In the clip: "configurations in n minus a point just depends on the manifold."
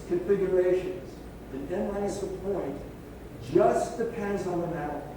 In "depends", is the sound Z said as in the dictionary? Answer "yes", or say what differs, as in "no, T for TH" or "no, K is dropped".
yes